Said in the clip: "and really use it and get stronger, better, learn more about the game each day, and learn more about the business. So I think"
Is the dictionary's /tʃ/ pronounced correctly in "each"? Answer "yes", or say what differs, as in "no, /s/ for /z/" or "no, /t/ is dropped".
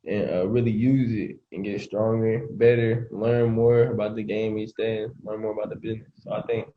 no, /s/ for /tʃ/